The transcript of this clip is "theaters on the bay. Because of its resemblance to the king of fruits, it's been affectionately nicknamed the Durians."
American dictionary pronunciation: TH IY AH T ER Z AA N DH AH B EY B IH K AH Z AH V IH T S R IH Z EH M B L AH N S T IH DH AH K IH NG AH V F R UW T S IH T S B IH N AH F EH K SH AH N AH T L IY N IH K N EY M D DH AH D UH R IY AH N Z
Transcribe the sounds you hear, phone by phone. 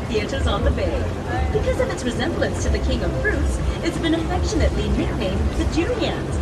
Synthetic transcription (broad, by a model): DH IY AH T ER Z N DH AH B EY B IH K AH Z AH V IH T S R IH Z EH M B L AH N S T IH DH AH K IH NG AH V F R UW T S IH T S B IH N AH F EH K SH AH N AH T L IY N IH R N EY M DH AH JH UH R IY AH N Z